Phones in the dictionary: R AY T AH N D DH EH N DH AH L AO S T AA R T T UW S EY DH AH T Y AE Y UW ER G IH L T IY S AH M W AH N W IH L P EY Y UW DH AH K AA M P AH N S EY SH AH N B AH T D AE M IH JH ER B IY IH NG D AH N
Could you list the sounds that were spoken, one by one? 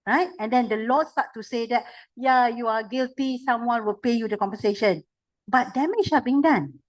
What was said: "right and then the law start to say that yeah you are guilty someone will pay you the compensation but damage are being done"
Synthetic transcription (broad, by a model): R AY T AH N D EH N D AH L AO S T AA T T UW S EY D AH T Y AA Y UW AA G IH L T IY S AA M W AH N W IH L P EY Y UW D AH K AA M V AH S EY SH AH N B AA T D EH M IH SH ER B IY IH NG D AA N